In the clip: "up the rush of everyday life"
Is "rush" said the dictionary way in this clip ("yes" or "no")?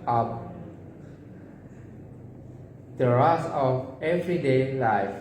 no